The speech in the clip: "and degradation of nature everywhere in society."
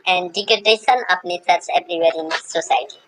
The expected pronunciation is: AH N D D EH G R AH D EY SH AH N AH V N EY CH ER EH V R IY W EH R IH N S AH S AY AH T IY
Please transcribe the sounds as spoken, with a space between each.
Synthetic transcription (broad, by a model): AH N D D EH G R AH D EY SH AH N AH P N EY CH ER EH B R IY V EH R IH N S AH S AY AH T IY